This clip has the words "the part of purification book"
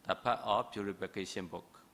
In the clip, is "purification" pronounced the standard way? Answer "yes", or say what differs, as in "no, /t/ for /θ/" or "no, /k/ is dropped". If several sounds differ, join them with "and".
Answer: no, /p/ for /f/